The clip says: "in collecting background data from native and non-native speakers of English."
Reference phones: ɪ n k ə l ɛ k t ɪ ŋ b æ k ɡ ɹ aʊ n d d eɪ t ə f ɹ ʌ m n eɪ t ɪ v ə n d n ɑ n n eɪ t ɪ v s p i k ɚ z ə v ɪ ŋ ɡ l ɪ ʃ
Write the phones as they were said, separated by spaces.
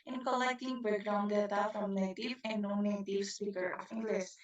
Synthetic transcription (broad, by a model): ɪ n k ə l ɛ k t ɪ ŋ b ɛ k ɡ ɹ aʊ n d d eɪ t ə f ɹ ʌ m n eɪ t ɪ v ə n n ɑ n n eɪ t ɪ v s p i k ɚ ə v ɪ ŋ ɡ l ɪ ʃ